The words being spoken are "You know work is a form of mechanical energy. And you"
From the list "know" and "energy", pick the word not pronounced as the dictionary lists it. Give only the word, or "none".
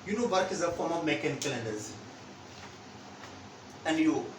energy